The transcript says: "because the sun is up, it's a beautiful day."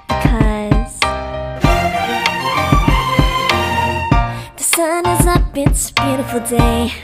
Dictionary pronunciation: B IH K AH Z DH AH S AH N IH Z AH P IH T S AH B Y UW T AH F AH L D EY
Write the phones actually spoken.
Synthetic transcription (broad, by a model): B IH K AH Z DH AH S AH N IH Z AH B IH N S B Y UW T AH F L D EY